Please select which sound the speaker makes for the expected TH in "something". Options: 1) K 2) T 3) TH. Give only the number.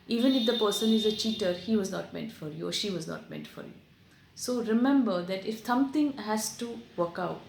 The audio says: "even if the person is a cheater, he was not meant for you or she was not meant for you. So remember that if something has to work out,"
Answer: 2